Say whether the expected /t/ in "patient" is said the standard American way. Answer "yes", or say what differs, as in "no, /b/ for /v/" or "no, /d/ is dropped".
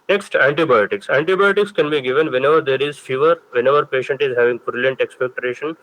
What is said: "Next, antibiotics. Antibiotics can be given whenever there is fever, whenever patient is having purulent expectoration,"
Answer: yes